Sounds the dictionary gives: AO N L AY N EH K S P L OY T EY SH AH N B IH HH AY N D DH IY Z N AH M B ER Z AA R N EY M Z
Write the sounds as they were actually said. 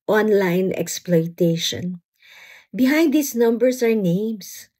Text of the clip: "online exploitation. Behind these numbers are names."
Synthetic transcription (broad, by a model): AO N L AY N EH K S P L OY T EY SH AH N B IH HH AY N D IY S N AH M B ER S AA R N EY M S